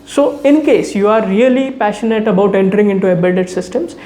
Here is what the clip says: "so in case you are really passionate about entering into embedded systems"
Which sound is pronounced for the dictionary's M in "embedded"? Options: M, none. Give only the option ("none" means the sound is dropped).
none